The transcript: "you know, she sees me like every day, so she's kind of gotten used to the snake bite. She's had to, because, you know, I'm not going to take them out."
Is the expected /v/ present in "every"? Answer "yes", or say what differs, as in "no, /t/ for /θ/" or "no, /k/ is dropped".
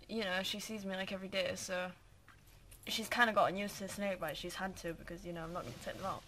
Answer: yes